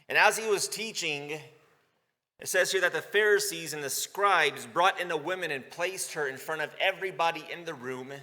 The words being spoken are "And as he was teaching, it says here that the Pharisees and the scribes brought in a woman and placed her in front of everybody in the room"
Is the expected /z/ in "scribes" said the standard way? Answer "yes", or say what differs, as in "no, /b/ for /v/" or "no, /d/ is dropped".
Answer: yes